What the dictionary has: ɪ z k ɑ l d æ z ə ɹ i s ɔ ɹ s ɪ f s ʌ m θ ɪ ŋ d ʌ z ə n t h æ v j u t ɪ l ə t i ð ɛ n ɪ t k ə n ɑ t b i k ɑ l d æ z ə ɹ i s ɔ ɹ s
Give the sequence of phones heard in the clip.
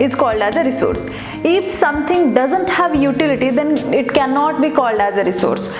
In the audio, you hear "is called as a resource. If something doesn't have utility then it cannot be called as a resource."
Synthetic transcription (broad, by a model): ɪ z k ɑ l d æ z ə ɹ i s ɔ ɹ s ɪ f s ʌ m t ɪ ŋ d ʌ z ə n t h æ v j u t ɪ l ə t i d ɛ n ɪ t k ə n ɑ t b i k ɑ l d æ z ə ɹ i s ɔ ɹ s